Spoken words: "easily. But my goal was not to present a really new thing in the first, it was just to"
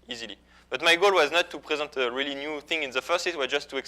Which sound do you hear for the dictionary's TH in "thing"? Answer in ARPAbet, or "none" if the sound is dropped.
TH